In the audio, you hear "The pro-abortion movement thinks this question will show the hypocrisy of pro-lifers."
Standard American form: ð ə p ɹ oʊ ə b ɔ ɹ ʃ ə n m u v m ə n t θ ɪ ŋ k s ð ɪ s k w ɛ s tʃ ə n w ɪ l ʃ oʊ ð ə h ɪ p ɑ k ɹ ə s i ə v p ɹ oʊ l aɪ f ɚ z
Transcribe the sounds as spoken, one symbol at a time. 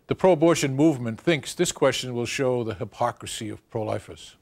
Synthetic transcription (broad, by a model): ð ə p ɹ oʊ ə b ɔ ɹ ʃ ə n m u v m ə n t θ ɪ ŋ k s ð ɪ s k w ɛ s tʃ ə n w ɪ l ʃ oʊ ð ə h ɪ p ɑ k ɹ ə s i ə v p ɹ oʊ l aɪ f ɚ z